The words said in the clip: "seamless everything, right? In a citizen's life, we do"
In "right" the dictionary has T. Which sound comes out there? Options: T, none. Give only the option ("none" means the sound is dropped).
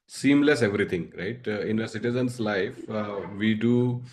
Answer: T